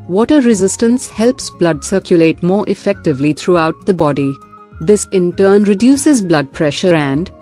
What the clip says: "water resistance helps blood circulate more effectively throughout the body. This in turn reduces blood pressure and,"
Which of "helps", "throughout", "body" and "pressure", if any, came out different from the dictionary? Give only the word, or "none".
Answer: throughout